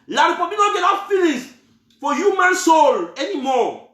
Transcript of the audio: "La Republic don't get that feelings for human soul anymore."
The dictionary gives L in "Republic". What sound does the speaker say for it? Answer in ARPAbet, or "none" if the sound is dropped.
none